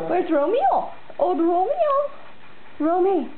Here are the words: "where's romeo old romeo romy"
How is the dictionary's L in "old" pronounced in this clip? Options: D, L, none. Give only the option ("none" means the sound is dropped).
none